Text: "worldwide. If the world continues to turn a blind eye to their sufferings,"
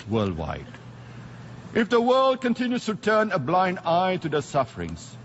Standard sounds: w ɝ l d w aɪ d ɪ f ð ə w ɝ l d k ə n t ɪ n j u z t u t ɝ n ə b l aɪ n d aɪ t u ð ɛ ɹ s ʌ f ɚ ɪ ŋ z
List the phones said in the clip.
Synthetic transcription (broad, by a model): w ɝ l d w aɪ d ɪ f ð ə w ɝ l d k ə n t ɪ n j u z t u t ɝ n ə b l aɪ n d aɪ t u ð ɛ s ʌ f ɚ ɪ ŋ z